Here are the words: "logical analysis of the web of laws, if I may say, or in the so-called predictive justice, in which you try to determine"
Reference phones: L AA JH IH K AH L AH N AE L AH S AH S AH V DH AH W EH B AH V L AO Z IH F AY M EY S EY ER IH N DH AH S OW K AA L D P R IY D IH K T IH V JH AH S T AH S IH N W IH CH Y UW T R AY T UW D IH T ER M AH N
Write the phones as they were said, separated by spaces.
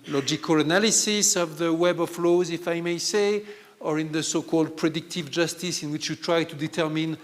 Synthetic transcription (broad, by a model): L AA JH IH K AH L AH N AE L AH S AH S AH V DH AH W EH B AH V L AO Z IH F AY M EY S EY ER IH N DH AH S OW K AA L D P R IY D IH K T IH V JH AH S T AH S IH N W IH CH Y UW T R AY T UW D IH T ER M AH N